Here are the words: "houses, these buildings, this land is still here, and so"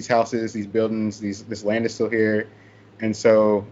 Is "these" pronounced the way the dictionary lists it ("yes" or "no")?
yes